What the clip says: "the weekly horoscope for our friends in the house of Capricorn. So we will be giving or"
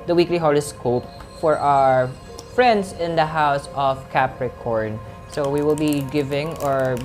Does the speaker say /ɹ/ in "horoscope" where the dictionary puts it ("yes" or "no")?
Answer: no